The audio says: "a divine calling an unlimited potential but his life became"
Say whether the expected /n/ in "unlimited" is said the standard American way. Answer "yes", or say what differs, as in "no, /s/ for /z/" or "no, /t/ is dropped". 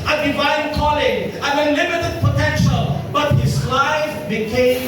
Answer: no, /n/ is dropped